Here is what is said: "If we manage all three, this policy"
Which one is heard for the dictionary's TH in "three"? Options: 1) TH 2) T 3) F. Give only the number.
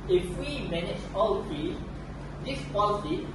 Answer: 3